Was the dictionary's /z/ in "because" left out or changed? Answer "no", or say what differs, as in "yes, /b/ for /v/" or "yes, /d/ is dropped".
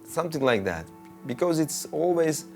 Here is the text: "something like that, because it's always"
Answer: no